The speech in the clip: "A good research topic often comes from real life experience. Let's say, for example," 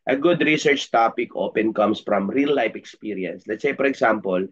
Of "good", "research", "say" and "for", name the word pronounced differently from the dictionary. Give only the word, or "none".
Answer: for